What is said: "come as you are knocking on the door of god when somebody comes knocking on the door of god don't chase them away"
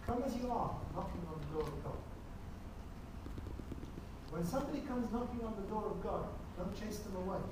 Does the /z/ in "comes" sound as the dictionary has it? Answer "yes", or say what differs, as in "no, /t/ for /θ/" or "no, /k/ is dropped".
yes